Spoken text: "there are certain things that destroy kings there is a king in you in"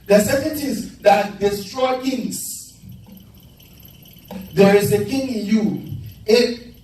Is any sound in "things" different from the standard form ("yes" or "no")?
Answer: yes